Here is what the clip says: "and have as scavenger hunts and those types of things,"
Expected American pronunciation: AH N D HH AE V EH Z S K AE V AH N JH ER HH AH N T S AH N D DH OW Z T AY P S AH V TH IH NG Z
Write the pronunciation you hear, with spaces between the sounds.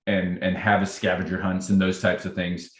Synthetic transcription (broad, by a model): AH N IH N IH V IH S K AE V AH JH ER HH AH N T S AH N DH OW Z T AY P S AH V TH IH NG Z